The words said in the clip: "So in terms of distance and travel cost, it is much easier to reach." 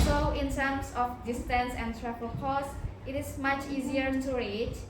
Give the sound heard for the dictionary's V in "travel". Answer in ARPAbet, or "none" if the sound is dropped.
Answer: P